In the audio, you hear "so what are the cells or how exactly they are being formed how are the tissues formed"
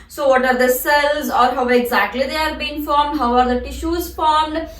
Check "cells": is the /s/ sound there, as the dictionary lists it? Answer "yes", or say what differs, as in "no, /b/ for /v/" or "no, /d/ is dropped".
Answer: yes